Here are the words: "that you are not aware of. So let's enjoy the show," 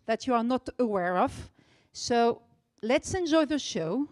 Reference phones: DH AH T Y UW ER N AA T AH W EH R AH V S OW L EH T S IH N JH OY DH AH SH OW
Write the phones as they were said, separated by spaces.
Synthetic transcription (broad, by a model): DH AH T Y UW ER N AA T AH W EH R AH V S OW L EH T S IH N JH OY DH AH SH OW